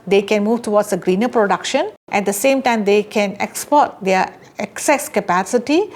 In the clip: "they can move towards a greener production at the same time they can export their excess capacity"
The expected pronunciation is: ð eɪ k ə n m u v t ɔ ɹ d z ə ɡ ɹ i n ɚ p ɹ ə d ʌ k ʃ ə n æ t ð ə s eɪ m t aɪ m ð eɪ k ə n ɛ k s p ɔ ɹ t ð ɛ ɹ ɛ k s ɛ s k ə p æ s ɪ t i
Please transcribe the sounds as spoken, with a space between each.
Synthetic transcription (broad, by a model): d eɪ k ə n m u v t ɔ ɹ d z ə ɡ ɹ i n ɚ p ɹ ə d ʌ k ʃ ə n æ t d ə s eɪ m t aɪ m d eɪ k ə n ɛ k s p ɔ ɹ t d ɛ ɹ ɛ k s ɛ s k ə p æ s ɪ t i